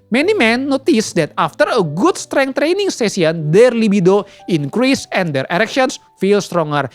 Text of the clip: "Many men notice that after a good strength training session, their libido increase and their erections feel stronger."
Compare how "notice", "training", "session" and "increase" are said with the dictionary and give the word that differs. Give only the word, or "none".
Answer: session